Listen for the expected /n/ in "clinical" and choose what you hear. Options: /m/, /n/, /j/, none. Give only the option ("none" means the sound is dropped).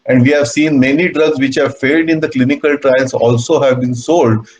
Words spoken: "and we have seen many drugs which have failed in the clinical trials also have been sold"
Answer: /n/